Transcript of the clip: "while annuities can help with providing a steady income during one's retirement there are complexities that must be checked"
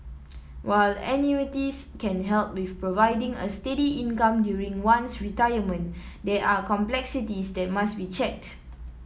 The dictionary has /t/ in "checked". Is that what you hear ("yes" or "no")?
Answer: yes